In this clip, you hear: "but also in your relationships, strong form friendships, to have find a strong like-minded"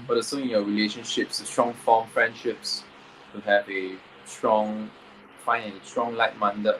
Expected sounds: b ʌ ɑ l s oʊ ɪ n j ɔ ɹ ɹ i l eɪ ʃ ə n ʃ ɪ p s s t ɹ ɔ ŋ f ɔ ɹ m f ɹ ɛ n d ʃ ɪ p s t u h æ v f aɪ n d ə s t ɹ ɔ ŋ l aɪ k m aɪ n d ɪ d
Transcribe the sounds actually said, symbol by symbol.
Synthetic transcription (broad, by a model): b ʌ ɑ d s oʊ ɪ n j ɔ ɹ ɹ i l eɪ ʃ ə n ʃ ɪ p s s t ɹ ɔ ŋ f ɔ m f ɹ ɛ n d ʃ ɪ p s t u h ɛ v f aɪ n ə s t ɹ ɔ ŋ l aɪ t m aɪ n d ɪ